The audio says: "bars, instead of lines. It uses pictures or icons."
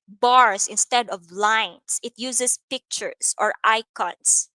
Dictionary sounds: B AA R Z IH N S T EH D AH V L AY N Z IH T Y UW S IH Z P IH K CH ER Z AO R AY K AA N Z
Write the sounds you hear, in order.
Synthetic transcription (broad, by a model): B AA R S IH N S T EH D AH V L AY N S IH T Y UW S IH S P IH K CH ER S AO R AY K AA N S